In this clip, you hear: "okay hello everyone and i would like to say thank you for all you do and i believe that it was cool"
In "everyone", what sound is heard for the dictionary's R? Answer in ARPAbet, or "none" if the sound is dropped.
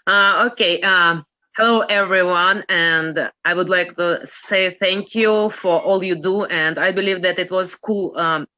R